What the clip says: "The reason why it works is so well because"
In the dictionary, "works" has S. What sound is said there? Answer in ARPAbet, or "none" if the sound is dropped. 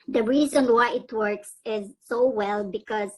S